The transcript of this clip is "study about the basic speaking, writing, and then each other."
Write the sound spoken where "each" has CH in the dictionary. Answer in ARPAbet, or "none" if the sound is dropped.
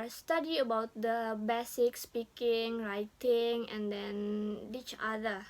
CH